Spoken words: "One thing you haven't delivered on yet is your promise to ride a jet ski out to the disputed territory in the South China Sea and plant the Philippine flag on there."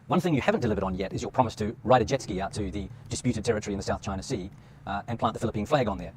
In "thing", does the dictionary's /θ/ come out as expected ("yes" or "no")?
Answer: yes